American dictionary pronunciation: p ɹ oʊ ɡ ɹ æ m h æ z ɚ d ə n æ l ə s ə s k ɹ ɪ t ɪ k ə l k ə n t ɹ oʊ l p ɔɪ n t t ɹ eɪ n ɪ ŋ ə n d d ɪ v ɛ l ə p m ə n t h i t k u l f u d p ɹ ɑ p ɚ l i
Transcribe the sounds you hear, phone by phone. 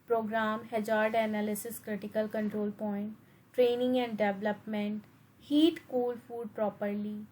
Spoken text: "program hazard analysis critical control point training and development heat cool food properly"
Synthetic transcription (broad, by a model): p ɹ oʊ ɡ ɹ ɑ m h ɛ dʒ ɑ d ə n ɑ l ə s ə s k ɹ ɪ t ɪ k ə l k ə n t ɹ oʊ l p ɔɪ n t t ɹ eɪ n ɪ ŋ ə n d d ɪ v l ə p m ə n t h i t k u l f u d p ɹ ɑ p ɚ l i